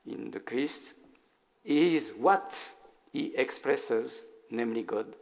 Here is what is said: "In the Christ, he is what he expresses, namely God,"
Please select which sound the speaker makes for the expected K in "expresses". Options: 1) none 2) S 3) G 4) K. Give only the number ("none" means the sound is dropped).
4